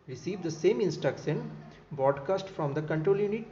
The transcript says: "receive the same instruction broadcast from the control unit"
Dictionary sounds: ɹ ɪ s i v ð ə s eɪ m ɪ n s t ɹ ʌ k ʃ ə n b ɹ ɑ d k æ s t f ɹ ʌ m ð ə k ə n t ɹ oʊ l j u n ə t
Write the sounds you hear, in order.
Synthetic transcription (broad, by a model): ɹ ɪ s i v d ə s eɪ m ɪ n s t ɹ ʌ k s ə n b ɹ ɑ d k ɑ s t f ɹ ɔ m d ə k ə n t ɹ oʊ l j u n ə t